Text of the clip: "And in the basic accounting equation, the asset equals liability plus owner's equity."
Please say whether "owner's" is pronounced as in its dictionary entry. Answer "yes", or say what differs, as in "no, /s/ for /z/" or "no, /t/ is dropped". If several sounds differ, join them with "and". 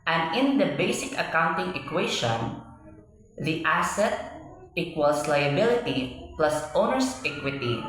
no, /s/ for /z/